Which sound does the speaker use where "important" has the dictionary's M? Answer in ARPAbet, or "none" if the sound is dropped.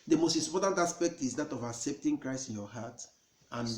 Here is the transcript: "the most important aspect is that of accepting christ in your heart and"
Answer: none